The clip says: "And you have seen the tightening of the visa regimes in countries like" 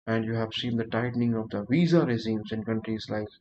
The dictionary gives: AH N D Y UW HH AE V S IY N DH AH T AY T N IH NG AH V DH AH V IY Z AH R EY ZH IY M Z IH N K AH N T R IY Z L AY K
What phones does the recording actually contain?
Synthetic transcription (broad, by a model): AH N D Y UW HH AE V S IY N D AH T AY T N IH NG AH V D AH V IY Z AH R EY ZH IY M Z IH N K AH N T R IY Z L AY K